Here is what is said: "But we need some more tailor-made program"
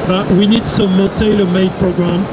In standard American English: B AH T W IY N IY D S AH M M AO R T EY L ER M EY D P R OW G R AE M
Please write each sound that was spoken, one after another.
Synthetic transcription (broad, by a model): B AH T W IY N IY D S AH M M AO L T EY L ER M EY D P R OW G R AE M